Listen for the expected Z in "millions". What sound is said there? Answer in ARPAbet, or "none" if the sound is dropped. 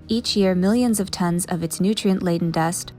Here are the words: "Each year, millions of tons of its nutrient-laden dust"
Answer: Z